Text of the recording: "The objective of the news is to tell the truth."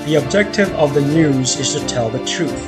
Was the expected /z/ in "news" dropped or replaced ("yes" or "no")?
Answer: no